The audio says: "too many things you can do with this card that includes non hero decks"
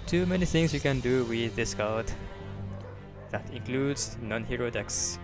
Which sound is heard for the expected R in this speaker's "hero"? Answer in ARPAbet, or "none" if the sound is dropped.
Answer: R